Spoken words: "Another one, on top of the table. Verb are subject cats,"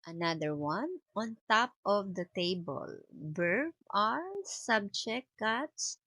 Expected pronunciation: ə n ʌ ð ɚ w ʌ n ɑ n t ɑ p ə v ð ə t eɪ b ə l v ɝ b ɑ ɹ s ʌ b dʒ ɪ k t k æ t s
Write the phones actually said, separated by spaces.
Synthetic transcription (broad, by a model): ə n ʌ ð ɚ w ʌ n ɑ n t ɑ p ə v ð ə t eɪ b ə l b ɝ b ɑ ɹ s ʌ b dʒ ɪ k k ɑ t s